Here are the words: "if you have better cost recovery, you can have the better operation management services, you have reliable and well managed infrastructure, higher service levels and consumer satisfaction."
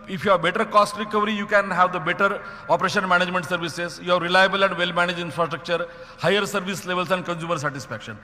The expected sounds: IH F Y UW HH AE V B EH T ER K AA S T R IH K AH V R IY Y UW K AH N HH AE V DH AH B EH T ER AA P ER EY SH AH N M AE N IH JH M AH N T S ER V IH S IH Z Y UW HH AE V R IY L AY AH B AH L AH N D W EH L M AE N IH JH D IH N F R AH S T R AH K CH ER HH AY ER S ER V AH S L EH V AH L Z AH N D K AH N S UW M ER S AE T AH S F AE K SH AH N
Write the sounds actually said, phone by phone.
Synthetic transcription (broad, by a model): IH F Y UW HH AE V B EH T ER K AA S T R IH K AH V R IY Y UW K AH N HH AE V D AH B EH T ER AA P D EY SH AH N M AE N IH JH M AH N T S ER V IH S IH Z Y UW HH AE V R IY L AY AH B AH L AH N D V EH L M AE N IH JH IH N F R AH S T R AH K CH ER HH AY ER S ER V AH S L EH V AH L S AH N D K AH N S UW M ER S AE T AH S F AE K SH AH N